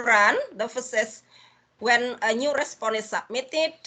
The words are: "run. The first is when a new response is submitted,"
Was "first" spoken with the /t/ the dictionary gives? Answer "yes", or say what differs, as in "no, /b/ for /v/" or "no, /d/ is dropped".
no, /t/ is dropped